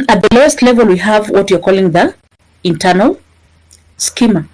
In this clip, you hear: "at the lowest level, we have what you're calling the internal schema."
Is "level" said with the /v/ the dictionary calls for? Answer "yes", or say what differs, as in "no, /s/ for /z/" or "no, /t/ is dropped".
yes